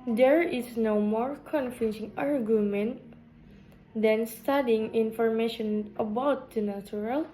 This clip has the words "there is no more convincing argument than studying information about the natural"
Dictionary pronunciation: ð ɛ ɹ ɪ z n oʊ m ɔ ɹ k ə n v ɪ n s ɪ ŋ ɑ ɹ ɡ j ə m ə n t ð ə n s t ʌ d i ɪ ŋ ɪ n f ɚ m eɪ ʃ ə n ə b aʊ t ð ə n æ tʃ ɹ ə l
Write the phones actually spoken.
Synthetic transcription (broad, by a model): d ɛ ɹ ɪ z n oʊ m ɔ ɹ k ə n f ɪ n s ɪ ŋ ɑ ɹ ɡ j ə m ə n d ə n s t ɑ d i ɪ ŋ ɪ n f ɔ m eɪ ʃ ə n ə b aʊ t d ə n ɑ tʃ ɹ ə l